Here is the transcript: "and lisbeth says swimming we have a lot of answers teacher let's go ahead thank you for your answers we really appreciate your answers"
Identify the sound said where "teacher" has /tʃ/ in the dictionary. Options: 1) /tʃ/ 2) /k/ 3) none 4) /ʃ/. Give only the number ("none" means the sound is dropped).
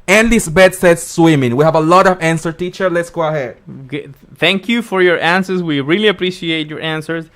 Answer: 1